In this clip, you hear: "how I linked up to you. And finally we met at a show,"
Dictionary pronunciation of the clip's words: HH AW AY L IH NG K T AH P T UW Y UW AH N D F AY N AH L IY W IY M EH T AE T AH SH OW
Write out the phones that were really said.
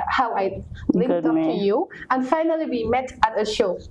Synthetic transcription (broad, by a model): HH AW AY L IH K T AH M T UW Y UW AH N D F AY N AH L IY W IY M EH T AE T AH SH OW